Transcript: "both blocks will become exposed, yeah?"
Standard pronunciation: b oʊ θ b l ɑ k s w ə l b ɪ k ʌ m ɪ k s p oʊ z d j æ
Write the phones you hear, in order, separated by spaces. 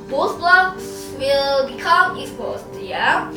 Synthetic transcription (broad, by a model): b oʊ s b l ɑ k s w ə l b ɪ k ʌ m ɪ s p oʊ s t j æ